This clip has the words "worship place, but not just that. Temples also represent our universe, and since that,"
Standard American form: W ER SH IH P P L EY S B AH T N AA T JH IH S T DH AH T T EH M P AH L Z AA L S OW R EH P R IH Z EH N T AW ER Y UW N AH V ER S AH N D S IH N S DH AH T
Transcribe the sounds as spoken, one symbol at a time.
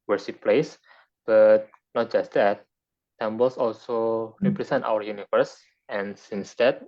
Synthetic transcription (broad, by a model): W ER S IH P P L EY S B AH T N AA T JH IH S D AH T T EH M B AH L S AA L S OW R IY P R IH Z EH N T AW ER Y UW N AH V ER S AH N S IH N S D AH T